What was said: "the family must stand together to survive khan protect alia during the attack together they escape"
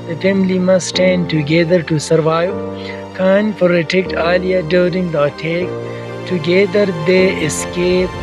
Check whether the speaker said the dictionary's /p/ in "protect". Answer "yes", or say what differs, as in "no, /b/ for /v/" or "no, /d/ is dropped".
no, /f/ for /p/